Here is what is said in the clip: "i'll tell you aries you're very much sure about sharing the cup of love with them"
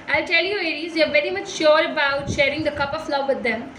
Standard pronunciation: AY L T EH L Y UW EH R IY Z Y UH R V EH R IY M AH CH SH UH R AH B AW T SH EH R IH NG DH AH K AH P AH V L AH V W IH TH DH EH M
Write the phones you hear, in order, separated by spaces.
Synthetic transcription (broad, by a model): AY L T EH L Y UW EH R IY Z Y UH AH V EH R IY M AH CH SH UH R AH B AW T SH EH R IH NG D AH K AH P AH F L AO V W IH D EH M